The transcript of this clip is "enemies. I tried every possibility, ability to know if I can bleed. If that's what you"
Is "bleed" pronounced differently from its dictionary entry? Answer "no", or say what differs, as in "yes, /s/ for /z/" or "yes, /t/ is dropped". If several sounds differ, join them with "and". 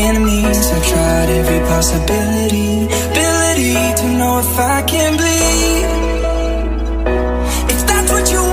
yes, /l/ is dropped